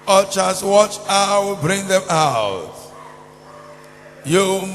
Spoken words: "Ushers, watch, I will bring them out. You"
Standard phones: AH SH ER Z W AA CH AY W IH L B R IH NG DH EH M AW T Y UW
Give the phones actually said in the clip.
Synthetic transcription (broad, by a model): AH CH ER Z W AA CH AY W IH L B R IH NG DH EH M AW T Y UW